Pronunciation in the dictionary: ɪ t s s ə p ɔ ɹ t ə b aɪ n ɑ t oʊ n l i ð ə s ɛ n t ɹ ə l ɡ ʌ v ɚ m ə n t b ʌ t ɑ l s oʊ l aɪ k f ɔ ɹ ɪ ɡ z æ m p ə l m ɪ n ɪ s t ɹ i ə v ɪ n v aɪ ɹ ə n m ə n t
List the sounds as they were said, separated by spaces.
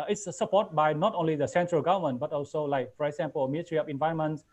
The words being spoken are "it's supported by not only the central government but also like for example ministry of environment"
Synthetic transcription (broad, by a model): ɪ t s s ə p ɔ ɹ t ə b aɪ n ɑ t oʊ n l i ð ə s ɛ n t ɹ ə l ɡ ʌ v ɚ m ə n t b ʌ t ɑ l s oʊ l aɪ k f ɔ ɹ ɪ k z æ m p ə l m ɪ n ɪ t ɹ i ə p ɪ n v aɪ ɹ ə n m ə n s